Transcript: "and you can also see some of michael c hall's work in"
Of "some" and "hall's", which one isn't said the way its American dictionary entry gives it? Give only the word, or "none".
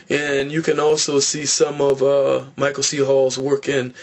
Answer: none